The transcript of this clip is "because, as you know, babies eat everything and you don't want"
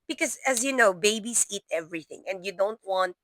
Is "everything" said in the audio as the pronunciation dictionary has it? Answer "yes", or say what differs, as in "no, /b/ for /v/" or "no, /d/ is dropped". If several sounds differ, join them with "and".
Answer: yes